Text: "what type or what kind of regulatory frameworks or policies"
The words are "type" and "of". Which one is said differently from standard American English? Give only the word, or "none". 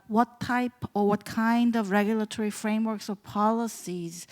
none